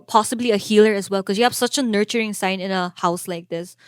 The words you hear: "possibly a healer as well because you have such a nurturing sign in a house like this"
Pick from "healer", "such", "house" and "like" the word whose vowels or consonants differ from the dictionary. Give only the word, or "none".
none